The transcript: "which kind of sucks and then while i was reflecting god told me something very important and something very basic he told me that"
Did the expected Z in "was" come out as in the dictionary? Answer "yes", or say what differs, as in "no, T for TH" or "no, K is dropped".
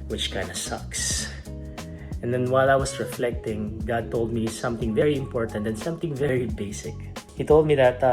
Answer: no, S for Z